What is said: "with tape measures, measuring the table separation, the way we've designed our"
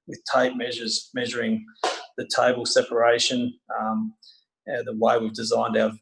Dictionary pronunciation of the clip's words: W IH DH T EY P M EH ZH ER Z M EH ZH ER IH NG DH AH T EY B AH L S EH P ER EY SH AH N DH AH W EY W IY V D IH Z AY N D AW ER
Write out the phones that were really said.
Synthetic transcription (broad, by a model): W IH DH T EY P M EH ZH ER Z M EH ZH ER IH NG DH AH T EY B AH L S EH P ER EY SH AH N DH AH W EY W IY V D IH Z AY N D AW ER